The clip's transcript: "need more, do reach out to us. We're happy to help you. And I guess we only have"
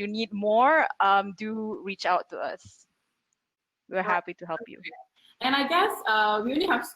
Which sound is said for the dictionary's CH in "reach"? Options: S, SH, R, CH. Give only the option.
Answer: CH